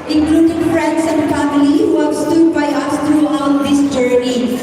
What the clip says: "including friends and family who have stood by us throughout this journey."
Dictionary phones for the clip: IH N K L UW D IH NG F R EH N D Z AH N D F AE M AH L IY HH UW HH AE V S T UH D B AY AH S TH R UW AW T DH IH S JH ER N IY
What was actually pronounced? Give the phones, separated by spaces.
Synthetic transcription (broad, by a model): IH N K L UW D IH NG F R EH N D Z AH N D F AE M AH L IY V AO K S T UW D B AY AH S T R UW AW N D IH S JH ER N IY